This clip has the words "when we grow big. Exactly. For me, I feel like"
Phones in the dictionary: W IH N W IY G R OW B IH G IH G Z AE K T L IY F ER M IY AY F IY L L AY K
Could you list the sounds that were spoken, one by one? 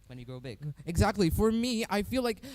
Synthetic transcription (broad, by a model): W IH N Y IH G R OW B IH G IH G Z AE K T L IY F ER M IY AY F IY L L AY K